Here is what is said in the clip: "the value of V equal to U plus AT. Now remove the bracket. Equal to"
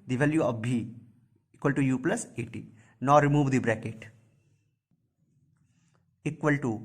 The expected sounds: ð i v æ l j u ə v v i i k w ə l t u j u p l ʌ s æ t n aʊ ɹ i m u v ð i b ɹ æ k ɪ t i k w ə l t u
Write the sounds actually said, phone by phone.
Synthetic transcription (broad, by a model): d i v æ l j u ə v b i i k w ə l t u j u p l ʌ s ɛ t n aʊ ɹ i m u v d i b ɹ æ k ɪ t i k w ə l t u